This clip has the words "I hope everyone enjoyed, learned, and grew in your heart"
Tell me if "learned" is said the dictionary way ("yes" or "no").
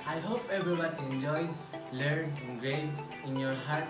no